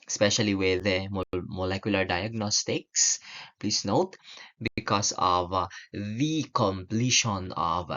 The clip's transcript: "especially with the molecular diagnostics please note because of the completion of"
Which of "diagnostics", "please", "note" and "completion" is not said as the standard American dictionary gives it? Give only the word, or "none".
please